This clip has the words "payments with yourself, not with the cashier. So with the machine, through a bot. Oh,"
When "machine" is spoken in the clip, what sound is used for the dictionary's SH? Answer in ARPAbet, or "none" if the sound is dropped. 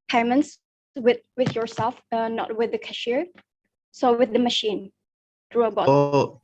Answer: SH